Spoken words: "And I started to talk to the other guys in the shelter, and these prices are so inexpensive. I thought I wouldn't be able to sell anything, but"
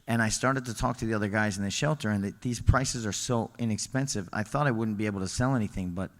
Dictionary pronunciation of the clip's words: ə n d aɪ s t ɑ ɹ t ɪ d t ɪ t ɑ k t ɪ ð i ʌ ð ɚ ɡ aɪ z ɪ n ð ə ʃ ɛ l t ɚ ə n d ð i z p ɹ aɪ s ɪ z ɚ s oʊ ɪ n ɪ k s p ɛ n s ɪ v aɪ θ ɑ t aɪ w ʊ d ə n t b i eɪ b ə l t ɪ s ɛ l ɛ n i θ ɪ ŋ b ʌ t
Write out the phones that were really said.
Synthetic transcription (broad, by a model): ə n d aɪ s t ɑ ɹ t ɪ d t ɪ t ɑ k t ɪ ð i ʌ ð ɚ ɡ aɪ z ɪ n ð ə ʃ ɛ l t ɚ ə n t ð i z p ɹ aɪ s ɪ z ɚ s oʊ ɪ n ɪ k s p ɛ n s ɪ v aɪ θ ɑ t aɪ w ʊ d n b i eɪ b l t ɪ s ɛ l ɛ n i θ ɪ ŋ b ʌ t